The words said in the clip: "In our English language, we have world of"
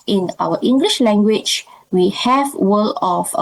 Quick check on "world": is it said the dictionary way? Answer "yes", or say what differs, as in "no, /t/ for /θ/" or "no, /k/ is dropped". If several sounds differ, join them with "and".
no, /d/ is dropped